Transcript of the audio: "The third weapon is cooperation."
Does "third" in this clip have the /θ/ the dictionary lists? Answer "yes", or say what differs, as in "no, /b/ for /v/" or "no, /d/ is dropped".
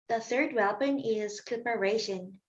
yes